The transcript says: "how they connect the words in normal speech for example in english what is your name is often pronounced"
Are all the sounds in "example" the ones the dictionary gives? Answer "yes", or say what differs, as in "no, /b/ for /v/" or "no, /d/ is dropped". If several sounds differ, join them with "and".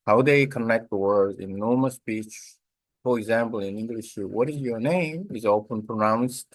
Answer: yes